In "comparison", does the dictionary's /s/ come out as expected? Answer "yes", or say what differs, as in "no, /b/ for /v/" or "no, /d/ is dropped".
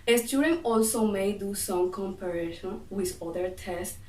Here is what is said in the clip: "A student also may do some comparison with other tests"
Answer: no, /ʃ/ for /s/